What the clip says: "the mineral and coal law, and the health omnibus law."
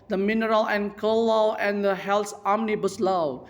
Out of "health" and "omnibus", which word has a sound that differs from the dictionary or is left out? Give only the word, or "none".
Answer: health